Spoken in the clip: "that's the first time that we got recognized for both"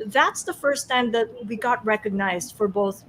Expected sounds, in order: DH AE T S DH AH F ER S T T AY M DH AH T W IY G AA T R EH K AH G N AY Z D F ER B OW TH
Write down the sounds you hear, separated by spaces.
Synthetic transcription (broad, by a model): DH AE T S DH AH F ER S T T AY M DH AH T W IY G AA T R EH K AH G N AY Z D F ER B OW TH